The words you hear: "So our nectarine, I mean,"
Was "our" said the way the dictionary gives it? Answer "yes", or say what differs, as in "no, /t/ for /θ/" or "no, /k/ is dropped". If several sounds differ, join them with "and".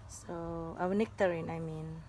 no, /w/ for /ɹ/